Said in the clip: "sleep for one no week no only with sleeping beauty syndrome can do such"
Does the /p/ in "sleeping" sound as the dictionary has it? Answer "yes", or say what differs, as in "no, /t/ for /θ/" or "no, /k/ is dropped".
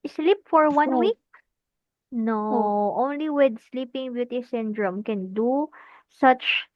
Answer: yes